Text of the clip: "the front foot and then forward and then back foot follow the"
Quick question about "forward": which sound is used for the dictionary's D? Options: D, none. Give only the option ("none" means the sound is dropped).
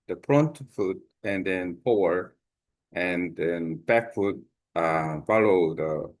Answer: none